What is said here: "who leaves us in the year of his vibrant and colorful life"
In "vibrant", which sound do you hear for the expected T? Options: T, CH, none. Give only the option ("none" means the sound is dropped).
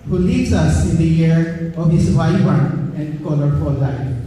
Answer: none